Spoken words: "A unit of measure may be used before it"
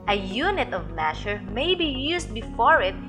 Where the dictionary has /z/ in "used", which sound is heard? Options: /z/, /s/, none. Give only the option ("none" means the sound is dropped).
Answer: /s/